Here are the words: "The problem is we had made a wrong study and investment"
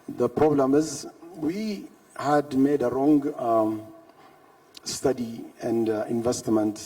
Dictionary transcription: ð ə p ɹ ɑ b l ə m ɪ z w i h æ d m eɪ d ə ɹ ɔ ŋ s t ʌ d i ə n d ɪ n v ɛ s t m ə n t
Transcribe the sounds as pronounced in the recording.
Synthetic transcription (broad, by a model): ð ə p ɹ ɑ b l ə m ɪ z w i h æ d m eɪ d ə ɹ ɔ ŋ s t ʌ d i ə n d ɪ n v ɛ s t m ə n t